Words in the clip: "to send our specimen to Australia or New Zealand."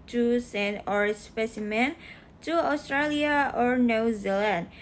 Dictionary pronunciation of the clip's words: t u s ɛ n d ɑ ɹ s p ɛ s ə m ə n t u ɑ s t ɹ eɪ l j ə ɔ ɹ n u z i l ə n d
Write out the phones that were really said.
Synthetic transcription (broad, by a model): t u s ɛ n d ɑ ɹ s p ɛ s ə m ə n t u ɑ s t ɹ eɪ l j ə ɔ ɹ n u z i l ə n d